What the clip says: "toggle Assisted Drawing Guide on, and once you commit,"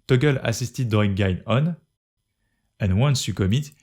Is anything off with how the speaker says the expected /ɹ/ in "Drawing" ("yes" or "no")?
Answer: yes